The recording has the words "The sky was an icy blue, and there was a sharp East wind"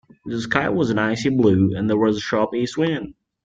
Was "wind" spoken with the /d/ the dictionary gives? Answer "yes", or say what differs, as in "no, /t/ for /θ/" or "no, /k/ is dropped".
no, /d/ is dropped